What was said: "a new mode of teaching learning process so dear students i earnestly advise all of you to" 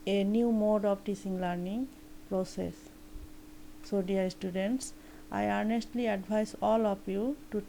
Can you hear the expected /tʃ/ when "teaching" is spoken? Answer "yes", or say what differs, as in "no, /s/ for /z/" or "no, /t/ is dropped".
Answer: no, /s/ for /tʃ/